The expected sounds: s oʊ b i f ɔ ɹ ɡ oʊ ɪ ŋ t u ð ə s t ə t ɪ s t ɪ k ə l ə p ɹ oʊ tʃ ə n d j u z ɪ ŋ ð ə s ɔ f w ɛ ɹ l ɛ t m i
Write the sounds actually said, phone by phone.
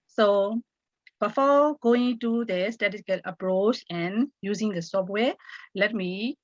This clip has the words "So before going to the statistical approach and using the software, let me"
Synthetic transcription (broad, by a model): s oʊ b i f ɔ ɡ oʊ ɪ ŋ t u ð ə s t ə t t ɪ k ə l ə p ɹ oʊ tʃ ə n j u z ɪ ŋ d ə s ɔ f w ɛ l ɛ t m i